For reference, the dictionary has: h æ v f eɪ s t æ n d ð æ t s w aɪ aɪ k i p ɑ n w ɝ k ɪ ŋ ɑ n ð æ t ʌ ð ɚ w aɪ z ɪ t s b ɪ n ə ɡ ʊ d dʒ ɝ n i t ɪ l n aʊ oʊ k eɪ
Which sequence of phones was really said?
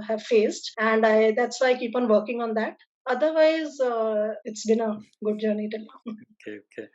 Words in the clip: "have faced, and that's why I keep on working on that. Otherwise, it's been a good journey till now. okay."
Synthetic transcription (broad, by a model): h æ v f eɪ s t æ n d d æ t s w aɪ aɪ k i p ɑ n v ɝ k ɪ ŋ ɑ n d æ t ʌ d ɚ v aɪ z ɪ t s b ɪ n ə ɡ ʊ d dʒ ɝ n i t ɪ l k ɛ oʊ k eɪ